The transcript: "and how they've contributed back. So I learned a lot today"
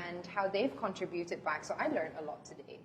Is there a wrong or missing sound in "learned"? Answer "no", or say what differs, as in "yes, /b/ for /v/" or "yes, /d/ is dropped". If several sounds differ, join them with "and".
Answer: yes, /d/ is dropped